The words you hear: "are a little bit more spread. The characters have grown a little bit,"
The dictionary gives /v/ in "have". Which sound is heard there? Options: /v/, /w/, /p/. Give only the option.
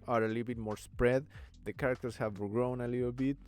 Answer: /v/